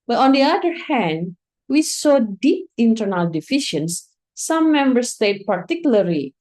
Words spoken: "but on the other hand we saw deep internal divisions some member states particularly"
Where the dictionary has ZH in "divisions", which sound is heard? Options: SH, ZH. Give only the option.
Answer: SH